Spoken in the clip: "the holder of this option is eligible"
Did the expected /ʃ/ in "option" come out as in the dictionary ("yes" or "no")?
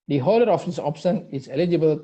no